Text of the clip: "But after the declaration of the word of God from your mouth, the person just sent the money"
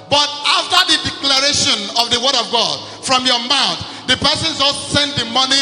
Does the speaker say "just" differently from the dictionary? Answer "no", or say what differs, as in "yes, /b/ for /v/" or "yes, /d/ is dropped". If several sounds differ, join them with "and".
yes, /z/ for /dʒ/